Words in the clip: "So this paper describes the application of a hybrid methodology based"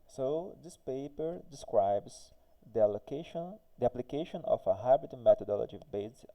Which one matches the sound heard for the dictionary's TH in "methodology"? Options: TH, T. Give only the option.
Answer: T